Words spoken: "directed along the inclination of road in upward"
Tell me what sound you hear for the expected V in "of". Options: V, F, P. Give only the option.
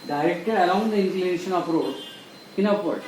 P